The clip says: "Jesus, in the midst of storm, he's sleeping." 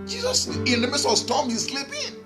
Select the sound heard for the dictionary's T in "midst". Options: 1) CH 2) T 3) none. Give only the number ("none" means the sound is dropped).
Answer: 3